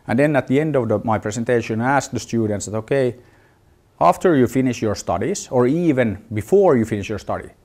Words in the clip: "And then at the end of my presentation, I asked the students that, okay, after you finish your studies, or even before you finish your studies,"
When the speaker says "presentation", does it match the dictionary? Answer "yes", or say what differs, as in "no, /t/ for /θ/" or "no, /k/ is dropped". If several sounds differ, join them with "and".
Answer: no, /s/ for /z/